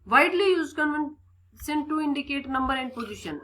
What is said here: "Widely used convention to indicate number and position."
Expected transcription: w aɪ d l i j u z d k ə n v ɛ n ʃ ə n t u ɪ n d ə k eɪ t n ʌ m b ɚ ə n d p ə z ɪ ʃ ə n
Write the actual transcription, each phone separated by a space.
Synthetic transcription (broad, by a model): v aɪ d l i j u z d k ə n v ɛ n s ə n t u ɪ n d ə k eɪ t n ʌ m b ɚ ə n d p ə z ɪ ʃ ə n